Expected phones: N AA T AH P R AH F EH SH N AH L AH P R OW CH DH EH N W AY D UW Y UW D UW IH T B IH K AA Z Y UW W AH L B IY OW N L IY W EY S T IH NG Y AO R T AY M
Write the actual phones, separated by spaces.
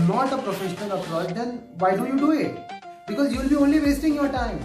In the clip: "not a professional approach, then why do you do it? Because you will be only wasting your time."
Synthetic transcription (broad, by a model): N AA T AH P R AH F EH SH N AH N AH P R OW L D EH N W AY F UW Y UW D UW IH T B IH K AA Z Y UW L B IY OW N L IY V EY S T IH NG Y AO R T AY M